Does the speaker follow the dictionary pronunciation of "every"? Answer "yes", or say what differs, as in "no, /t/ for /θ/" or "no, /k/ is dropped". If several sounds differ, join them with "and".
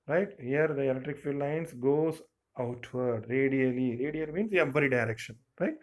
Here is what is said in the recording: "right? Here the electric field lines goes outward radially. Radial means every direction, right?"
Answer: no, /b/ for /v/